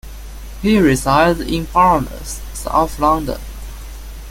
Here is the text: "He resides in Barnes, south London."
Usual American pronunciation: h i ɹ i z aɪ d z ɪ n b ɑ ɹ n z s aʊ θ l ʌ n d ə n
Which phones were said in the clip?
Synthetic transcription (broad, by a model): h i ɹ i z aɪ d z ɪ n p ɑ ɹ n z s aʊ f l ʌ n d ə n